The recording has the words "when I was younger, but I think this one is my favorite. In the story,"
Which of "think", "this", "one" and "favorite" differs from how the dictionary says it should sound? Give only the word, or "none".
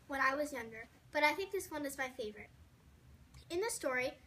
none